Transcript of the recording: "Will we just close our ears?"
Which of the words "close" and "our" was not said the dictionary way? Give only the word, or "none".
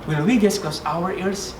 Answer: close